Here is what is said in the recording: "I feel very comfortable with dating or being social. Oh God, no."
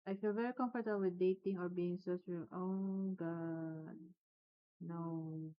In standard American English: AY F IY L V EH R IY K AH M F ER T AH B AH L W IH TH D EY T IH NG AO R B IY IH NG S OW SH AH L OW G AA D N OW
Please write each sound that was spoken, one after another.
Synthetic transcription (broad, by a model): AY F IY L V EH R IY K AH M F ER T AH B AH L W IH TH D EY T IH NG AO R B IY IH NG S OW S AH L OW G AA D N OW